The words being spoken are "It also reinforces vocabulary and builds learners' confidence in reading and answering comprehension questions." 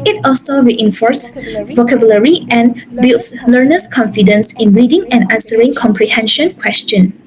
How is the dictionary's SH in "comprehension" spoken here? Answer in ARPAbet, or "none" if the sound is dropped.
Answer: SH